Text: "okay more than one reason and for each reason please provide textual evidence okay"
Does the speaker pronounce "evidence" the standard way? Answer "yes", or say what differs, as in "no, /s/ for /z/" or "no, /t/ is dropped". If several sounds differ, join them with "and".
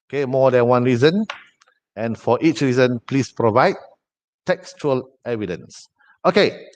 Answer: yes